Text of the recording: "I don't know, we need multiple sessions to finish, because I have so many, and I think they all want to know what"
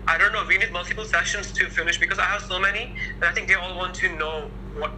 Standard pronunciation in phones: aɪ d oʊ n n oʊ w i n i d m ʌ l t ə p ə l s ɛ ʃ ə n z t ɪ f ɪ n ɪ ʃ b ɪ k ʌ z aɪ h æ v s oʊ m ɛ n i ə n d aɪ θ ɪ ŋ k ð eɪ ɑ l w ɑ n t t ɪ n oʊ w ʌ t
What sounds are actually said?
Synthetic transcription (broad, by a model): aɪ d oʊ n n oʊ w i n i d m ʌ l t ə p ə l s ɛ ʃ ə n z t ɪ f ɪ n ɪ ʃ b ɪ k ʌ z aɪ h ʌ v s oʊ m ɛ n i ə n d aɪ θ ɪ ŋ k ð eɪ ɑ l w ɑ n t t ɪ n oʊ w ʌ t